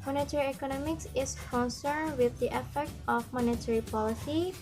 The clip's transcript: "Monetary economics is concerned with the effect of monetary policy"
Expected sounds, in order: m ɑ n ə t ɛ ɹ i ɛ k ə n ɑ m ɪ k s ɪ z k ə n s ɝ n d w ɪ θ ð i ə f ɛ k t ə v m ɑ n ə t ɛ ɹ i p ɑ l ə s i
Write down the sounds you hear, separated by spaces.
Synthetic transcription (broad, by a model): m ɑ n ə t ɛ ɹ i ɛ k ə n ɑ m ɪ k s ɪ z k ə n s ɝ n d w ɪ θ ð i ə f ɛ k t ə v m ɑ n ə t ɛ ɹ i p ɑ l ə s i